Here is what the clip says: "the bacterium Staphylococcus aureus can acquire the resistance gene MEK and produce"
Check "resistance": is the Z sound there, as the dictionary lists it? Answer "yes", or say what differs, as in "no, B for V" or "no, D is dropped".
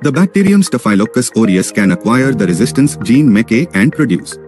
yes